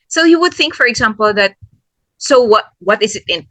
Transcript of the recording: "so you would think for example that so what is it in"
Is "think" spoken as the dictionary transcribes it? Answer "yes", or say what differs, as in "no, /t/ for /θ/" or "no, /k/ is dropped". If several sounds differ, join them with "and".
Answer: yes